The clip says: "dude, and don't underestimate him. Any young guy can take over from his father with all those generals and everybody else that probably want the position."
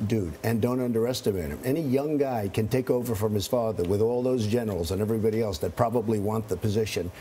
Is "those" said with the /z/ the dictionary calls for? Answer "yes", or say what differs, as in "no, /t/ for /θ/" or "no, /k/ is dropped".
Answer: yes